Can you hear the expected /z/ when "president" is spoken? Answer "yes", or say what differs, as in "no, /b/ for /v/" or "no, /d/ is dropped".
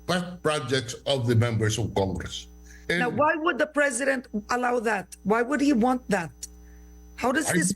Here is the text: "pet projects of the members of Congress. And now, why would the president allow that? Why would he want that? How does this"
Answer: yes